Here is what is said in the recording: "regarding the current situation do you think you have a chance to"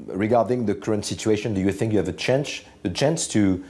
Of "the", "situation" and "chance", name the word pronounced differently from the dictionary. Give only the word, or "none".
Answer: none